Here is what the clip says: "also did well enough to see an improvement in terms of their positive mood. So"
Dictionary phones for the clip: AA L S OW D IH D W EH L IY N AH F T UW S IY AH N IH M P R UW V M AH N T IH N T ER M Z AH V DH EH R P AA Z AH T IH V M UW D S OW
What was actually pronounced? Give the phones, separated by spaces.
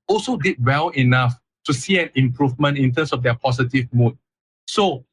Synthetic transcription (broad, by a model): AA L S OW D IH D W EH L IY N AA F T UW S IY AH N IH M P R UW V M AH N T IH N T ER M S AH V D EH P AA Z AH T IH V M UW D S OW